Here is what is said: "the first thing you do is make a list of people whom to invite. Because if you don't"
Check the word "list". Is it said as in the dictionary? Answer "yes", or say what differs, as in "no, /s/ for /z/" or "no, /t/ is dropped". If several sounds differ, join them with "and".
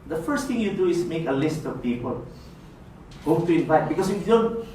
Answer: yes